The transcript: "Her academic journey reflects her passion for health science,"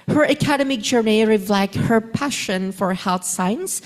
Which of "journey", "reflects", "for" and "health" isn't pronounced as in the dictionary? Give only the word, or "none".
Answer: reflects